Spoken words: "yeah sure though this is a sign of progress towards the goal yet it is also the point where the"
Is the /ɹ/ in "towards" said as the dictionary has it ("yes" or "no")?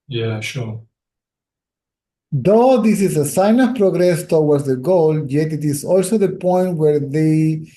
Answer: no